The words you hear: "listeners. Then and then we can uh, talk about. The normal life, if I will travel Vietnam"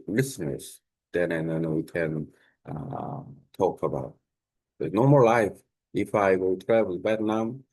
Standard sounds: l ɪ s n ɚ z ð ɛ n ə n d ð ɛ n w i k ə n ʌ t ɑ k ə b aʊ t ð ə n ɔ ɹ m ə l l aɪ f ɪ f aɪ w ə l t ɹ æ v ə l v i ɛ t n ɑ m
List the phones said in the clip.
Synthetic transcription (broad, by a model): l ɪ s n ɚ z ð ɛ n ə n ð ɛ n w i k ə n ʌ t ɑ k ə b aʊ t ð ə n ɔ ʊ m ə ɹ l aɪ f ɪ f aɪ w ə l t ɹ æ w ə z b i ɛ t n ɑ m